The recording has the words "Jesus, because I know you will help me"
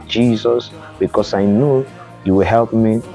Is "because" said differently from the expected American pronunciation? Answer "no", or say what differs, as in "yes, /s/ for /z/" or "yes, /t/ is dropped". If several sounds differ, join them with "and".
yes, /s/ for /z/